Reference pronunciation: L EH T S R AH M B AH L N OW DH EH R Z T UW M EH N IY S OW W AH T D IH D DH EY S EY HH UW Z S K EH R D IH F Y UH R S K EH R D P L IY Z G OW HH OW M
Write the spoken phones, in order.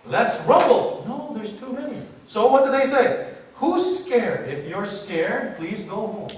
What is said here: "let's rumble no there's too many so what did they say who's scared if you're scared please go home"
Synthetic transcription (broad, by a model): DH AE T S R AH B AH L N OW DH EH R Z T UW M EH N IY S OW W AH T D IH D DH EY S EY HH UW S K EH R D IH F Y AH R S K EH R D P L IY Z G OW HH OW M